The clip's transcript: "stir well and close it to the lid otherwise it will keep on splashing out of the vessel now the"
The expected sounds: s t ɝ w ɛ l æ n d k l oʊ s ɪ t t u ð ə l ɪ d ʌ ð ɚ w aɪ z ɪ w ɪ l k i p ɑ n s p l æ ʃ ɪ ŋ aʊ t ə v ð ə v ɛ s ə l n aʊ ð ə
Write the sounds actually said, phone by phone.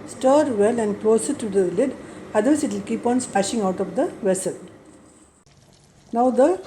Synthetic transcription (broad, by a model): s t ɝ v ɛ l æ n d k l oʊ s ɪ t t u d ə l ɪ d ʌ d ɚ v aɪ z ɪ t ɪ l k i p ɑ n s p æ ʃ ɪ ŋ aʊ t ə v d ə v ɛ s ə l n aʊ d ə